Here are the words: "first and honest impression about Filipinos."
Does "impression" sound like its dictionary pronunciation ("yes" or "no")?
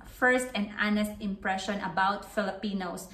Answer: yes